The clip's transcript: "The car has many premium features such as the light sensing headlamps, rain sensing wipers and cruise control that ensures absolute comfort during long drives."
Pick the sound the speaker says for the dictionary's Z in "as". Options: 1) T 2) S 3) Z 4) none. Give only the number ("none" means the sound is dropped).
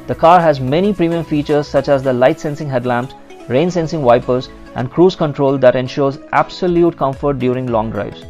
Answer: 3